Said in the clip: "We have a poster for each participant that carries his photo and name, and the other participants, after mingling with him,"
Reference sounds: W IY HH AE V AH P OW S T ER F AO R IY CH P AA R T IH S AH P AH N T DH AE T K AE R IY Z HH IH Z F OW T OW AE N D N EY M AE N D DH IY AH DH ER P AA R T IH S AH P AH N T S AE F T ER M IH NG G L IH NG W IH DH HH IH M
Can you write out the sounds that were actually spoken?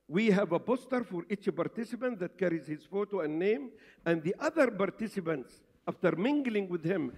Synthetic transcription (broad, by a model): W IY HH AE V AH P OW S T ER F AO R IY CH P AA R T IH S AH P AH N T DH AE T K AE R IY Z HH IH Z F OW T OW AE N N EY M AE N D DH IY AH DH ER P AA R T IH S AH P AH N T S AE F T ER M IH NG G L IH NG W IH DH HH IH M